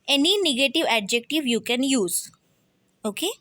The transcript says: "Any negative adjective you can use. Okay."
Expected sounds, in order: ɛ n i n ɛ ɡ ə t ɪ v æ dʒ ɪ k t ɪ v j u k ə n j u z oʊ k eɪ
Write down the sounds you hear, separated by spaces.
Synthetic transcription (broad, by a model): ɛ n i n ɛ ɡ ə t ɪ v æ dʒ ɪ k t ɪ v j u k ə n j u z oʊ k eɪ